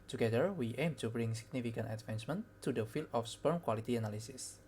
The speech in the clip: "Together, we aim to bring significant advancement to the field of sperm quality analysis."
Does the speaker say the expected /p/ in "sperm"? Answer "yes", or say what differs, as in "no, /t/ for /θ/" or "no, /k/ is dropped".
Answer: yes